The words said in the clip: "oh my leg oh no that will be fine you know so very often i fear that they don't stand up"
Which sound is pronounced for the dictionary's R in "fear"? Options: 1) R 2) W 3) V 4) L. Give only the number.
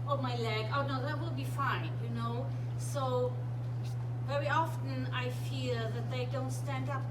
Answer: 4